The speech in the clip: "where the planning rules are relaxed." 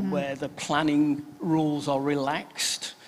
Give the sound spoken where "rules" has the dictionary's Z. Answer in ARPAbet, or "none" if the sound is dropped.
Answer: Z